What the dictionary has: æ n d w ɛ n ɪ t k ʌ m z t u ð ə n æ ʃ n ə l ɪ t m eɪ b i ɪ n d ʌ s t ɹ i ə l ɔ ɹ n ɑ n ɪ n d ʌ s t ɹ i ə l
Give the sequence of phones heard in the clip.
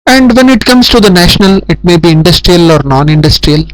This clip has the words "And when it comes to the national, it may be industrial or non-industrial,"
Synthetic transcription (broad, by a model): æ n d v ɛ n ɪ t k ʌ m s t u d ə n æ ʃ n ə l ɪ t m eɪ b i ɪ n d ʌ s t ɹ i ə l ɔ ɹ n ɑ n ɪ n d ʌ s t ɹ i ə l